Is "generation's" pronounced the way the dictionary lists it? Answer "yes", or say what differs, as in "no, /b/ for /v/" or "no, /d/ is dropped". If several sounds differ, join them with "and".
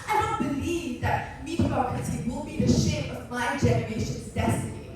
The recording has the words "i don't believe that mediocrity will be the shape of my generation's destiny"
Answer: yes